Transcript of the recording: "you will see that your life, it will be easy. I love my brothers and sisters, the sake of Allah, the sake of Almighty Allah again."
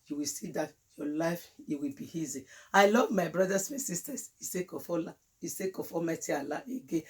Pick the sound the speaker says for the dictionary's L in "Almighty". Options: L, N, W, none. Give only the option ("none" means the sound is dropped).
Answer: none